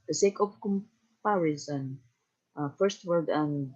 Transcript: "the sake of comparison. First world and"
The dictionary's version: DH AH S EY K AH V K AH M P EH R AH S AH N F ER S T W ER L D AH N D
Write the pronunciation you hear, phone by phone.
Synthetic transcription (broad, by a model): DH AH S EY K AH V K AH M P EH R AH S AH N F ER S T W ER D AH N